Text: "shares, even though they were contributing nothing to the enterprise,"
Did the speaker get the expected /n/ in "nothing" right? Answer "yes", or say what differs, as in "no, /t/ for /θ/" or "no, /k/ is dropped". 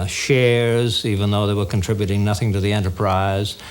yes